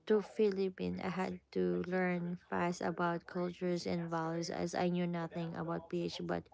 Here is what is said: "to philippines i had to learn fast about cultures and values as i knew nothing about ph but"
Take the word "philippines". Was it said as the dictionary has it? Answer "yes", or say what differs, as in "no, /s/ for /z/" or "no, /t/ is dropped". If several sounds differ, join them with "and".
no, /z/ is dropped